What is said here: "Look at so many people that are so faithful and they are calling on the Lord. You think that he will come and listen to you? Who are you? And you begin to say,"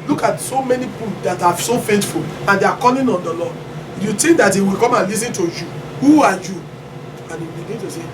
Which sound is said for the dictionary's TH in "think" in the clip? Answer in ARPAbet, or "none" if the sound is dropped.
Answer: T